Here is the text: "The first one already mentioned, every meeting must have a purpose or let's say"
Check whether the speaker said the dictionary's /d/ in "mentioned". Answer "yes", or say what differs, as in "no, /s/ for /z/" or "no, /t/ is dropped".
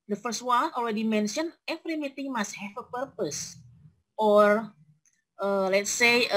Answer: no, /d/ is dropped